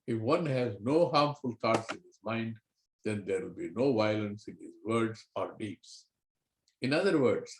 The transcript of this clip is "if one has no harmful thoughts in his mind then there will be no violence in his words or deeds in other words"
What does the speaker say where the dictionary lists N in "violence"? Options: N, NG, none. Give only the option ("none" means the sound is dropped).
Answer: N